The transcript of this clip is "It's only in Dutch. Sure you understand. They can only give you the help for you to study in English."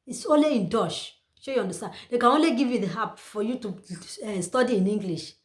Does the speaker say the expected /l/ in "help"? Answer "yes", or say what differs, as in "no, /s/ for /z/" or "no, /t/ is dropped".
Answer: no, /l/ is dropped